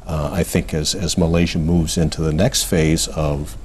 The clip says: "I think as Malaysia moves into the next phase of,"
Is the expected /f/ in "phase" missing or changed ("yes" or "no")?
no